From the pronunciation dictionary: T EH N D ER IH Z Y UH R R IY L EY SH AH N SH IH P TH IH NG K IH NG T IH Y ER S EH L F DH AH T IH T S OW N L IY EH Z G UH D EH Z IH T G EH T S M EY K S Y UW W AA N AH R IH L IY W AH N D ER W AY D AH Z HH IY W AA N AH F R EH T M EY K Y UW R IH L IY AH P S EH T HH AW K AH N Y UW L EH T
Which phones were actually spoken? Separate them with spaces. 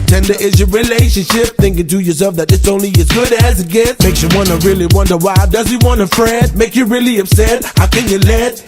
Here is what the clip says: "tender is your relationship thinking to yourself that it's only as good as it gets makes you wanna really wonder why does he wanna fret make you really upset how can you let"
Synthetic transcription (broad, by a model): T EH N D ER IH Z Y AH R R IY L EY SH AH N SH IH P TH IH NG K IH NG T IH Y ER S EH L F DH AH T IH T S OW N L IY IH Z G UH D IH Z IH T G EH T M EY K S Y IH W AA N AH R IH L IY W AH N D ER W AY D AH Z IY W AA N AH F R EH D M EY K Y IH R IH L IY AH B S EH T HH AW K AH N Y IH L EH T